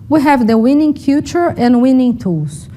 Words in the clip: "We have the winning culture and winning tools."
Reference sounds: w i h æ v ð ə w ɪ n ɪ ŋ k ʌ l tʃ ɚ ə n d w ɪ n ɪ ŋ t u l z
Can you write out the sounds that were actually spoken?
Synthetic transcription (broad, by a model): w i h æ v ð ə w ɪ n ɪ ŋ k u tʃ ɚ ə n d w ɪ n ɪ ŋ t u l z